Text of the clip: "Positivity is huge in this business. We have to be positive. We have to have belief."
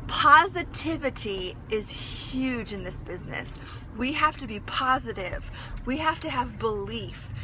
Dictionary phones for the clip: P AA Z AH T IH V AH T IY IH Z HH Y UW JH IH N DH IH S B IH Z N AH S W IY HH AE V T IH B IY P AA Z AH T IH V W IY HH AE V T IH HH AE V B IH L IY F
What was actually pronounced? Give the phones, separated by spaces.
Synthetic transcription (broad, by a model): P AA Z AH T IH V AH T IY IH Z HH Y UW JH IH N DH IH S B IH Z N AH S W IY HH AE F T IH B IY P AA Z AH T IH V W IY HH AE F T IH V B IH L IY F